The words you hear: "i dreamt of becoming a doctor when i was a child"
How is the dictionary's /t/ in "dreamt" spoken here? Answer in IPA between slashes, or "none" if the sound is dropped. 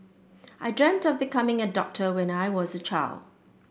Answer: /t/